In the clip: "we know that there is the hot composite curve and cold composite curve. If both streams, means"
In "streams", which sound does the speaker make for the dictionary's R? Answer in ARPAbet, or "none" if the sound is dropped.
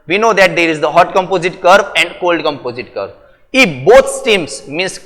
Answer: none